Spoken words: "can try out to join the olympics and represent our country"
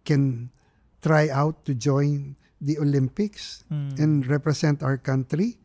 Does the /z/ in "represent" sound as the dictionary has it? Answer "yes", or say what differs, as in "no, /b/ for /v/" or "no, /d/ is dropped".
no, /s/ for /z/